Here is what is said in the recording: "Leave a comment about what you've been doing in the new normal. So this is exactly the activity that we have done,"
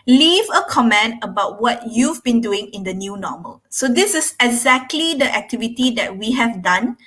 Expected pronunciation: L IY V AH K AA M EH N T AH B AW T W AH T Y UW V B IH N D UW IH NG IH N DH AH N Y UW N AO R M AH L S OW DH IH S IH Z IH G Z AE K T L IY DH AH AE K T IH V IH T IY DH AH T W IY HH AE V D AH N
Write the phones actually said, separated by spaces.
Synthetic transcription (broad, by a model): L IY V AH K AA M EH N T AH B AW T W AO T Y UW V B IH N D UW IH NG IH N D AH N Y UW N AO M AH L S OW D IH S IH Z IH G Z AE K T L IY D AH AE K T IH V IH T IY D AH T W IY HH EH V D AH N